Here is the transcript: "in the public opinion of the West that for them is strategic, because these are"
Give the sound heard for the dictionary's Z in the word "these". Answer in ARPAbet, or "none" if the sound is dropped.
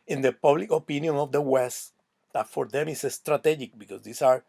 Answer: S